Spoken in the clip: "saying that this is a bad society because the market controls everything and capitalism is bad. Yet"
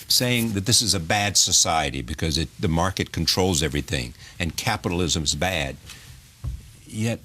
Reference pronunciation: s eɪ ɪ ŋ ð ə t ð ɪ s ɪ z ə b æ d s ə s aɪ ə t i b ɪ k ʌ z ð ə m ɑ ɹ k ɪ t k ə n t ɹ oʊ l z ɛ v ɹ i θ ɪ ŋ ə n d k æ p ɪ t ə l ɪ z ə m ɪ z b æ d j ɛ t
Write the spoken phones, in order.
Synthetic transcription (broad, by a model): s eɪ ɪ ŋ ð ə t ð ɪ s ɪ z ə b æ d s ə s aɪ ə t i b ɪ k ʌ z ð ə m ɑ ɹ k ɪ t k n t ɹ oʊ l z ɛ v ɹ i θ ɪ ŋ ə n k æ p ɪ t l ɪ z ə m ɪ z b æ d j ɛ t